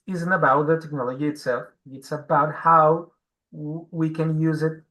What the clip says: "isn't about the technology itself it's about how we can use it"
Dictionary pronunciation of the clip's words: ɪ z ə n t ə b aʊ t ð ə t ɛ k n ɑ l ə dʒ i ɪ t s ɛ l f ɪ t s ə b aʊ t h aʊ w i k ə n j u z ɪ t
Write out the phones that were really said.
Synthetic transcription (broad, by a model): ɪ z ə n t ə b aʊ t ð ə t ɛ k n ɑ l ə dʒ i ɪ t s ɛ l f ɪ t s ə b aʊ t h aʊ w i k ə n j u z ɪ t